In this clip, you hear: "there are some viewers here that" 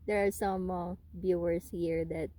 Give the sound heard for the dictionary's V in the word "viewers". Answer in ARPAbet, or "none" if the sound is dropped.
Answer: B